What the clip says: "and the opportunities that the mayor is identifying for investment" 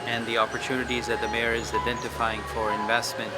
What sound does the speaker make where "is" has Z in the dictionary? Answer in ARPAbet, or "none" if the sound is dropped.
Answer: Z